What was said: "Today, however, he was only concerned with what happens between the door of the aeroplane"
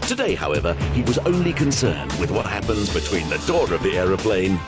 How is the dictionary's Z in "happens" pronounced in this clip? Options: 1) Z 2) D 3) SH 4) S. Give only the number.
1